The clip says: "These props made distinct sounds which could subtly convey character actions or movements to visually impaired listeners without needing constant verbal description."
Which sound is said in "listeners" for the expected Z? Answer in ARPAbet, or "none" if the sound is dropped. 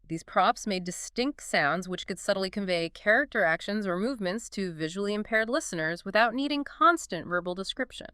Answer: Z